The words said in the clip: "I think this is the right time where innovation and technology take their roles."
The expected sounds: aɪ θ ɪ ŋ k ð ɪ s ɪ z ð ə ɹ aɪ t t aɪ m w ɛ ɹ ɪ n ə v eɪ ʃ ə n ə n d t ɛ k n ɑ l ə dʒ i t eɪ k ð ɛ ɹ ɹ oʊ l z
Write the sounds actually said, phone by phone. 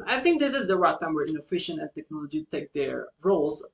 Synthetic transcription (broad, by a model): aɪ θ ɪ ŋ k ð ɪ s ɪ z ð ə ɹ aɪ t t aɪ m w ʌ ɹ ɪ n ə f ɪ ʃ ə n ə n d t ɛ k n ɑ l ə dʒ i t eɪ k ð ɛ ɹ ɹ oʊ l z